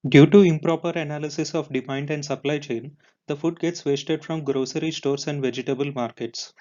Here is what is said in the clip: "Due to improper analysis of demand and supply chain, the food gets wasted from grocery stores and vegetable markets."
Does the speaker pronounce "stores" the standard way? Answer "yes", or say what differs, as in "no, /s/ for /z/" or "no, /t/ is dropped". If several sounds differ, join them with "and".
no, /s/ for /z/